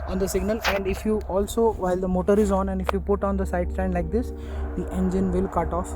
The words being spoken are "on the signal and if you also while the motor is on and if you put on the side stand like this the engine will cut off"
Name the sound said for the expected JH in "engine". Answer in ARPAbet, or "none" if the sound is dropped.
JH